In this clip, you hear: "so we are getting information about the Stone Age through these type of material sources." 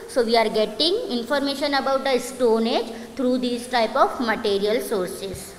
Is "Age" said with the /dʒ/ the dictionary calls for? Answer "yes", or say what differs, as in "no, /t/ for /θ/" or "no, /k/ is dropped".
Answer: yes